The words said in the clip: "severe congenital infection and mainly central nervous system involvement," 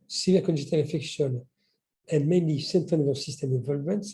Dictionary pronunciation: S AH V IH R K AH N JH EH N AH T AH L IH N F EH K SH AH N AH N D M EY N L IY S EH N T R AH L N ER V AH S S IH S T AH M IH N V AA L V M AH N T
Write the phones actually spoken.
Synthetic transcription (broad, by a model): S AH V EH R K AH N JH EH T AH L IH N F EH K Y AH N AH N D M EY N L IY S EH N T AH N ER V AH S S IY S T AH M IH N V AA L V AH N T